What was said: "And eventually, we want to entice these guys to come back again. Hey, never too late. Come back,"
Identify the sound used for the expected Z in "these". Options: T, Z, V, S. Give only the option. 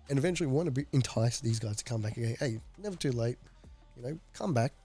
Z